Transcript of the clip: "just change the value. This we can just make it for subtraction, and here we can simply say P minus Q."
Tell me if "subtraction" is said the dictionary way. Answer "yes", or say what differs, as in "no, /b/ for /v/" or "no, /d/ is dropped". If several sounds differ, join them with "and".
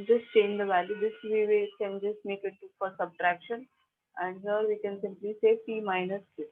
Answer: yes